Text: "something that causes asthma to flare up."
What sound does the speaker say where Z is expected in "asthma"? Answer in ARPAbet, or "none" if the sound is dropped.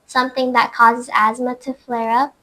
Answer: Z